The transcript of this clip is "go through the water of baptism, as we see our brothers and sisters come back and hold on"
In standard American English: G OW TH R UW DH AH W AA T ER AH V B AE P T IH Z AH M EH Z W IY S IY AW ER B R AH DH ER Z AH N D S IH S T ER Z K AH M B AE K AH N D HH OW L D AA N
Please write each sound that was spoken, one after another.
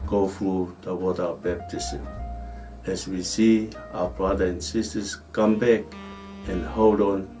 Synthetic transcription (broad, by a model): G OW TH R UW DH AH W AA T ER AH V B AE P T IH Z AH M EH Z W IY S IY AW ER B R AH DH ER AH N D S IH S T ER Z K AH M B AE K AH N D HH OW L D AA N